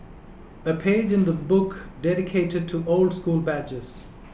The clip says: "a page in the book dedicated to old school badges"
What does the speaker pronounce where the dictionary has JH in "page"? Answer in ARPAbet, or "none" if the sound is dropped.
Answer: JH